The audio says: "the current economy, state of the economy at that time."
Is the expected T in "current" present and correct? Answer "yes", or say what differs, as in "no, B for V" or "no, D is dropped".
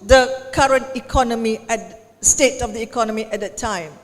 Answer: yes